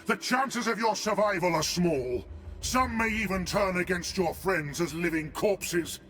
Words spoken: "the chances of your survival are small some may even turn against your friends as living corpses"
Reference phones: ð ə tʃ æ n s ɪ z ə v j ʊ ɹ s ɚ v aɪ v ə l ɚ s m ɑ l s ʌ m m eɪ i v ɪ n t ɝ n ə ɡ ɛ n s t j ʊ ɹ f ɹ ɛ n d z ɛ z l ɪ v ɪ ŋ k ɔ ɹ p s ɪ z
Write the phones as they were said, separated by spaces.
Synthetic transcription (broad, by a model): ð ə tʃ æ n s ɪ z ə v j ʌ ɹ s ɚ v aɪ v ə l ɚ s m ɑ l s ʌ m m eɪ i v ɪ n t ɝ n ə ɡ ɛ n s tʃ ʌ ɹ f ɹ ɛ n d z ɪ z l ɪ v ɪ ŋ k ɔ ɹ p s ɪ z